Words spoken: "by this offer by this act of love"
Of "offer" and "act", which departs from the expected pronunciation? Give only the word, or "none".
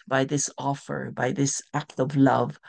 none